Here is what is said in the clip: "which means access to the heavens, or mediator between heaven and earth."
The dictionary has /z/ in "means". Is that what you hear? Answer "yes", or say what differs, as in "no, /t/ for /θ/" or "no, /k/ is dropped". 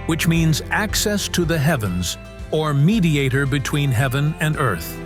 yes